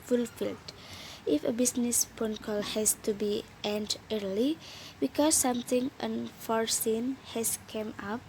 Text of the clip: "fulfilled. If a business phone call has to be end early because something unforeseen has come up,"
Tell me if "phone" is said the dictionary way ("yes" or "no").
no